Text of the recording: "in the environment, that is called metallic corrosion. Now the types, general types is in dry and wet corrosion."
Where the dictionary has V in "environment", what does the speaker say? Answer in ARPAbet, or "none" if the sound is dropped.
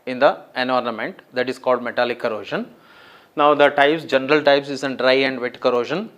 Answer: none